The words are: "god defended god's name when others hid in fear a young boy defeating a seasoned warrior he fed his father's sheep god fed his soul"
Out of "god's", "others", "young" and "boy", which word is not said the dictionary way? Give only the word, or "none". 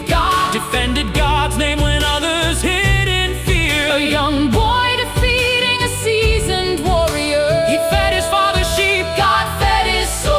none